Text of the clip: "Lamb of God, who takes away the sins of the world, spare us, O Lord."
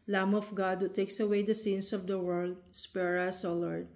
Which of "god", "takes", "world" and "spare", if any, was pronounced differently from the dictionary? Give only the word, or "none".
none